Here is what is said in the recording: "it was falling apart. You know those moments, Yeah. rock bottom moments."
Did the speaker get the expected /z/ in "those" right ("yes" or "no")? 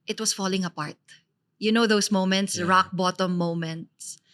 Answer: no